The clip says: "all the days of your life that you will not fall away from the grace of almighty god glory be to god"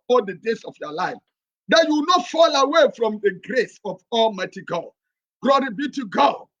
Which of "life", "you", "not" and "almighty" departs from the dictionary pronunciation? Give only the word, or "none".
none